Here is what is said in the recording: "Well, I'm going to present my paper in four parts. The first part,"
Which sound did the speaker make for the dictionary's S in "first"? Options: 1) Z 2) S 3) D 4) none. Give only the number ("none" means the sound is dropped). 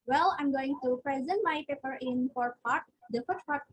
4